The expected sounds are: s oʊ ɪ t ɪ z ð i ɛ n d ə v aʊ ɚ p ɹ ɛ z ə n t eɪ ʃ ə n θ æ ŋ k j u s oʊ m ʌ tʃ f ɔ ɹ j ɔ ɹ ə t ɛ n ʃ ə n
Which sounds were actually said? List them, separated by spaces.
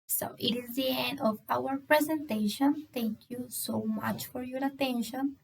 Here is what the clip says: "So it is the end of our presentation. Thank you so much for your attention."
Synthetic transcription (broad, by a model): s oʊ ɪ t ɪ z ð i ɛ n d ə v aʊ ɚ p ɹ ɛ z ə n t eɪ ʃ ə n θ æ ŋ k j u s oʊ m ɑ tʃ f ɔ ɹ j ɔ ɹ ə t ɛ n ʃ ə n